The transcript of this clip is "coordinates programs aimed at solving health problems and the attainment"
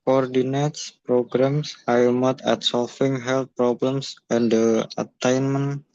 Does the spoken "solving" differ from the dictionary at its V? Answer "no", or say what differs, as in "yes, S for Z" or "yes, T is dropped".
yes, F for V